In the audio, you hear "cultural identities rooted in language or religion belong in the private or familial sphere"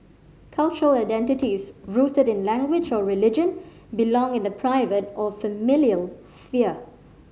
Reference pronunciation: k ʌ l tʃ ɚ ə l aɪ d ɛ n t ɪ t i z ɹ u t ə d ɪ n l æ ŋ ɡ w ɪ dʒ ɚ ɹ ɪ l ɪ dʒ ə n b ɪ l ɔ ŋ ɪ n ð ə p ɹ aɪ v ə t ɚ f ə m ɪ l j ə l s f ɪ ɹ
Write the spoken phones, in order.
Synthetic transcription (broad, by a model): k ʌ l tʃ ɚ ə l aɪ d ɛ n t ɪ t i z ɹ u t ə d ɪ n l æ ŋ ɡ w ɪ dʒ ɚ ɹ ɪ l ɪ dʒ ə n b ɪ l ɔ ŋ ɪ n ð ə p ɹ aɪ v ə t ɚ f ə m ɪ l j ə l s f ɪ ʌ